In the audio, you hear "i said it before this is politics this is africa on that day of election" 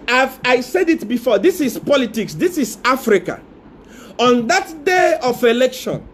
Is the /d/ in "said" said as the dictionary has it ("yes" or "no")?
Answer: yes